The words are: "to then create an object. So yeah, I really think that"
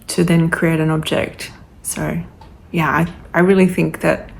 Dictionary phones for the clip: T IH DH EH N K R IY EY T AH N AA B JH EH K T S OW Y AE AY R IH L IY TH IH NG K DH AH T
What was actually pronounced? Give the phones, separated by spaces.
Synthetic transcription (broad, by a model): T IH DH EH N K R IY EY T AH N AA B JH EH K T S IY Y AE AY R IH L IY TH IH NG K DH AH T